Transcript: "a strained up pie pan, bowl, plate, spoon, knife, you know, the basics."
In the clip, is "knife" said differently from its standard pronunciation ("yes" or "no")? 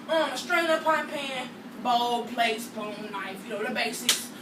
yes